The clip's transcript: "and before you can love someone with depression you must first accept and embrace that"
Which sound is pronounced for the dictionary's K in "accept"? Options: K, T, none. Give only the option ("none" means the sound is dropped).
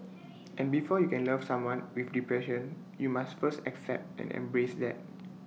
K